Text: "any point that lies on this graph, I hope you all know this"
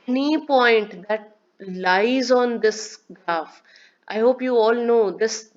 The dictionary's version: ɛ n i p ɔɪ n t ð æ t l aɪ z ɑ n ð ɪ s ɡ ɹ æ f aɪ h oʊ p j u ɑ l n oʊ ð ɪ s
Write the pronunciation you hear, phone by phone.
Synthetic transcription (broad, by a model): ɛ n i p ɔɪ n t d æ t l aɪ z ɑ n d ɪ s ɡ ɹ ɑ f aɪ h oʊ p j u ɑ l n oʊ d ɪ s